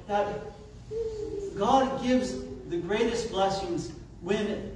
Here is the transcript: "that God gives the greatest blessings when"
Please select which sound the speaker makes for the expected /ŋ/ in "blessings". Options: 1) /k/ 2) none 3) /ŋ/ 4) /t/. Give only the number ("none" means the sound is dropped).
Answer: 3